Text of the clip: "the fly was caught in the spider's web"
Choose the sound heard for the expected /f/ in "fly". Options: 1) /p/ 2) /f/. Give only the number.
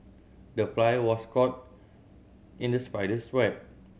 1